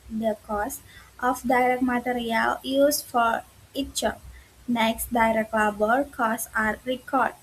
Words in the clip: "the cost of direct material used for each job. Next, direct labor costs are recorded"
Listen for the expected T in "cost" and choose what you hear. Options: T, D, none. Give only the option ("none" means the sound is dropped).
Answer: T